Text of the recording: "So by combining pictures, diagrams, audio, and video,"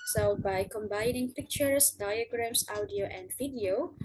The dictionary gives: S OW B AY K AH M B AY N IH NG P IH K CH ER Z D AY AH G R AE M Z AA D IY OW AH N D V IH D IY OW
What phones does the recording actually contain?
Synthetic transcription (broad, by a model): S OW B AY K AH M B AY N IH NG P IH K CH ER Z D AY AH G R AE M S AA D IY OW AH N D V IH D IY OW